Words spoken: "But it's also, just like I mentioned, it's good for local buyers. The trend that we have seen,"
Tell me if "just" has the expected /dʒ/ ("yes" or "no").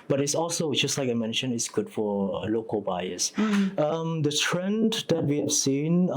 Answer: yes